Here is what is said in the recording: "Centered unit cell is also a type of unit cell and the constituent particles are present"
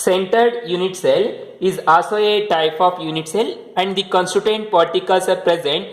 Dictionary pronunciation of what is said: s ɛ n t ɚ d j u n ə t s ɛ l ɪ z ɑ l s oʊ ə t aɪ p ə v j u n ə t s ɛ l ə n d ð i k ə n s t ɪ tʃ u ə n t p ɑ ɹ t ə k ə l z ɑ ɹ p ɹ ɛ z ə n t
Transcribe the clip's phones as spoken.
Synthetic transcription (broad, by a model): s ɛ n t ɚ d j u n ə t s ɛ l ɪ z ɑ s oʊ ə t aɪ p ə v j u n ə t s ɛ l ə n d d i k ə n s t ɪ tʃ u n t p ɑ ɹ t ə k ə l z ɑ ɹ p ɹ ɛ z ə n t